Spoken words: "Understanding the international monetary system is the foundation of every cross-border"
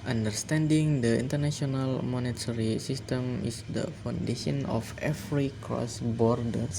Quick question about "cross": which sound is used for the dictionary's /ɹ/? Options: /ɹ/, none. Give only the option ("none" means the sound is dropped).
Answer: none